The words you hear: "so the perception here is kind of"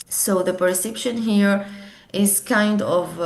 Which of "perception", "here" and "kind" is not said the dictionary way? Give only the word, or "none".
none